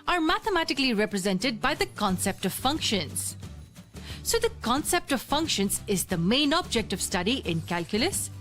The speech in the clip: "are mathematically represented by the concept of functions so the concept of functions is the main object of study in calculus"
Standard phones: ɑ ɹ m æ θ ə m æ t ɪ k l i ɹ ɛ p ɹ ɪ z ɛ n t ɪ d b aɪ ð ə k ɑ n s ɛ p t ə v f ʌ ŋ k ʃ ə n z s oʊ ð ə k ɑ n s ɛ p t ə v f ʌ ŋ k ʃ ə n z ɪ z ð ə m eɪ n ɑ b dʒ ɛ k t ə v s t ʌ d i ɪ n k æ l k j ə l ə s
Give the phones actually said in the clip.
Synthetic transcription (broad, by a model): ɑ ɹ m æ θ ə m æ t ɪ k l i ɹ ɛ p ɹ ɪ z ɛ n t ɪ d b aɪ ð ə k ɑ n s ɛ p t ə v f ʌ ŋ k ʃ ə n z s oʊ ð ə k ɑ n s ɛ p t ə v f ʌ ŋ k ʃ ə n z ɪ z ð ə m eɪ n ɑ b dʒ ɛ k t ə v s t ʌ d i ɪ n k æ l k j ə l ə s